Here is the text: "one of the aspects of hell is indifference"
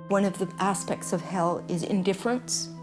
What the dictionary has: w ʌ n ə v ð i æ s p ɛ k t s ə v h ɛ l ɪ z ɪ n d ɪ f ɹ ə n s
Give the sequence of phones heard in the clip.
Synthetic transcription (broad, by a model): w ʌ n ə v ð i æ s p ɛ k t s ə v h ɛ l ɪ z ɪ n d ɪ f ɹ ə n s